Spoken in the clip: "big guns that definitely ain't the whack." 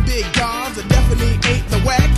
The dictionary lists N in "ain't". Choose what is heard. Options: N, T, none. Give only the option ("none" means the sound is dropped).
none